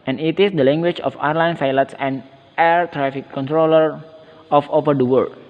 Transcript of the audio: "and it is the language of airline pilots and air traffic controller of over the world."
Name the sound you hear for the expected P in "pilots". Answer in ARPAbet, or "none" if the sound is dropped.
F